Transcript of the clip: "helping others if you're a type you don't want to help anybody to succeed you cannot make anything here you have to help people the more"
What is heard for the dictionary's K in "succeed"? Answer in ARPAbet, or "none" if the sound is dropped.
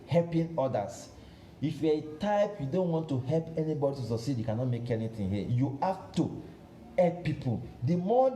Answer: none